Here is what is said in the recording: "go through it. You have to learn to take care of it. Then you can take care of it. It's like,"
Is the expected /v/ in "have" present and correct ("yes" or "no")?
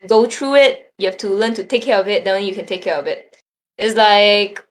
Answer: no